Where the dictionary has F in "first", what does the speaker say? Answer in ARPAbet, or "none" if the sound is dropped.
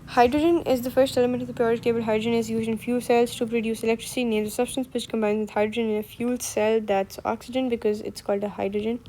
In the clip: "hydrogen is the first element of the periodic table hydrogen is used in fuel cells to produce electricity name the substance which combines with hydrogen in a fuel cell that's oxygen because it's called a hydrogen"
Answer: F